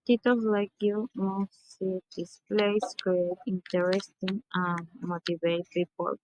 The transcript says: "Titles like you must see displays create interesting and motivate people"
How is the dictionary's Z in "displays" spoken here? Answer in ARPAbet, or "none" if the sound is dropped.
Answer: S